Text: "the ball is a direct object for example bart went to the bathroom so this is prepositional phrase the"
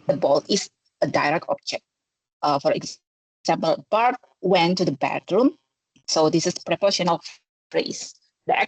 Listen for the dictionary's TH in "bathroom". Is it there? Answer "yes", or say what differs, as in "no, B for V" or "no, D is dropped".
no, T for TH